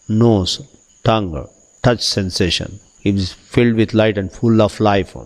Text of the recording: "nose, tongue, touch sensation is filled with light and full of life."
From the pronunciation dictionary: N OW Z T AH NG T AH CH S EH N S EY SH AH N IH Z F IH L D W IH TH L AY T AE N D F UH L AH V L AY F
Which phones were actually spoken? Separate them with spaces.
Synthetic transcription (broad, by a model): N OW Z T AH NG T AH CH S EH N S EY SH AH N IH Z F IH L D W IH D L AY T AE N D F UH L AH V L AY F